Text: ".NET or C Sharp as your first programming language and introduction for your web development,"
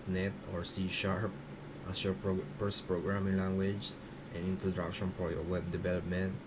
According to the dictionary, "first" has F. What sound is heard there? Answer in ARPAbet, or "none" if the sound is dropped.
P